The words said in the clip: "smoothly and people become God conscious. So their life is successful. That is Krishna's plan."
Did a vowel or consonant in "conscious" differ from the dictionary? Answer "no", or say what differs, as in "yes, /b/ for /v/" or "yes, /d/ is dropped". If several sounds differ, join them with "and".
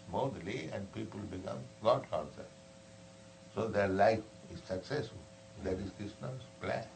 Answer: yes, /s/ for /ʃ/